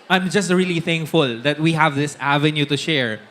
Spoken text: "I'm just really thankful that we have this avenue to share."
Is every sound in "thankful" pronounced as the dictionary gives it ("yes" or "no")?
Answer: yes